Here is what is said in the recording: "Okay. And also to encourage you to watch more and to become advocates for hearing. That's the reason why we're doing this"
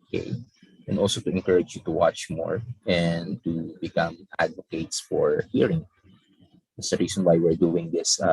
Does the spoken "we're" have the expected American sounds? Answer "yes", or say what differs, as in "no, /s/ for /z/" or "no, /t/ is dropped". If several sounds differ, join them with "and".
yes